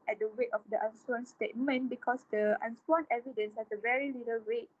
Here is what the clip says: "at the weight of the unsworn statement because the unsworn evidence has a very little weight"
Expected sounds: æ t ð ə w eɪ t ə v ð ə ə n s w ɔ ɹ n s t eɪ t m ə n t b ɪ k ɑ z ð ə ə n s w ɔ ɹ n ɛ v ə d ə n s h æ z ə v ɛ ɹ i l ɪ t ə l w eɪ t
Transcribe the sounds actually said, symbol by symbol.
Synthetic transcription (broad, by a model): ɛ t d ə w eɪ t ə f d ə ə n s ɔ n s t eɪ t m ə n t b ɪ k ɑ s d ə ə n s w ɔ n ɛ v ə d ə n s h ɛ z ə v ɛ ɹ i l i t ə l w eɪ t